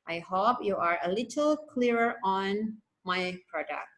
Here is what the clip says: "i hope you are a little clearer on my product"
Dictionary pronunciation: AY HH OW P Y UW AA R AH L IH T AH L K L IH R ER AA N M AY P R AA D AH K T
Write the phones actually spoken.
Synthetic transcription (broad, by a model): AY HH OW P Y UW AA R AH L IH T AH L K L IH R ER AA N M AY P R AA D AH K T